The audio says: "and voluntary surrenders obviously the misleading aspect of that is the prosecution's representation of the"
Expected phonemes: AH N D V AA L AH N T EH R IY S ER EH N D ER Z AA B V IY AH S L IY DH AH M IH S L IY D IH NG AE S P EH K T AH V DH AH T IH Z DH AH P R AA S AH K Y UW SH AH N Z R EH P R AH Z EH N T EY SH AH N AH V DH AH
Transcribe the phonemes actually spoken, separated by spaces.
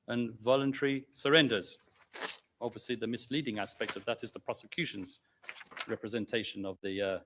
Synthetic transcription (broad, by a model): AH N V AA L AH N T EH R IY S ER EH N D ER Z AA B V IY AH S L IY DH AH M IH S L IY D IH NG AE S P EH K T AH V DH AH T IH Z DH AH P R AA S AH K Y UW SH AH N Z R EH P R AH Z EH N T EY SH AH N AH V DH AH